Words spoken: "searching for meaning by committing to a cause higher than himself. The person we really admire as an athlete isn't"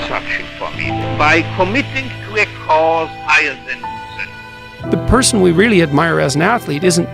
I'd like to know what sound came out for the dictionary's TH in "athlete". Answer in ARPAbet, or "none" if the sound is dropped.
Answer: TH